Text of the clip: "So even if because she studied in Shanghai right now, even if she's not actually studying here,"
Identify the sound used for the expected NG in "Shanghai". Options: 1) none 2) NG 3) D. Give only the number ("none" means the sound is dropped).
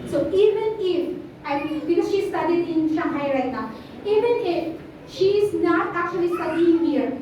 1